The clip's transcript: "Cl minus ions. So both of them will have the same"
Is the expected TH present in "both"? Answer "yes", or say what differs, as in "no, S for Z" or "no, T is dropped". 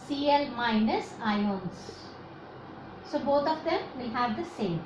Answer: no, T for TH